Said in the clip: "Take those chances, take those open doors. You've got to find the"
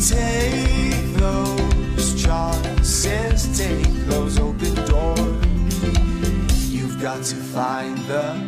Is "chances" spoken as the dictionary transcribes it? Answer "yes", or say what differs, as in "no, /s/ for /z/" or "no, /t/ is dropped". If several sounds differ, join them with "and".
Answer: no, /n/ is dropped and /s/ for /z/